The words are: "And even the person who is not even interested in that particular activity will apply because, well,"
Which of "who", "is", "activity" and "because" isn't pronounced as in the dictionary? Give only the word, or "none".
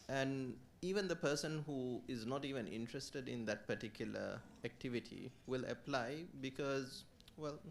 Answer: none